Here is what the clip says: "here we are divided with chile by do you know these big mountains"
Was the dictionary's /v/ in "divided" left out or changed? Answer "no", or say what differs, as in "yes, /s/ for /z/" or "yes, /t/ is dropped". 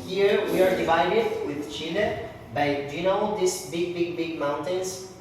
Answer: no